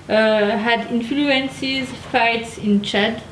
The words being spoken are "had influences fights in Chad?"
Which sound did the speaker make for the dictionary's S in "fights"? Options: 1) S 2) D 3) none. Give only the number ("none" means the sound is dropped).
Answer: 1